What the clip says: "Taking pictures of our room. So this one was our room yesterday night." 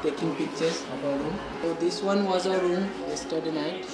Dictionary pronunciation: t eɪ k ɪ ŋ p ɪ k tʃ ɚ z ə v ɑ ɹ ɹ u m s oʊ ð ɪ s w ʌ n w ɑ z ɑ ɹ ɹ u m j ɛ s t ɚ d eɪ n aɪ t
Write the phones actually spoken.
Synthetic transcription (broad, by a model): t eɪ k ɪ ŋ p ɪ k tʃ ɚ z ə b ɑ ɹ ɹ u m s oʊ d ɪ s w ʌ n w ɑ z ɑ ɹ ɹ u m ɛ s t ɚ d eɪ n aɪ t